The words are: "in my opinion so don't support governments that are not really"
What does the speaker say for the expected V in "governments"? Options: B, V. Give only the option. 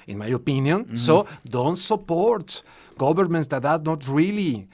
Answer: B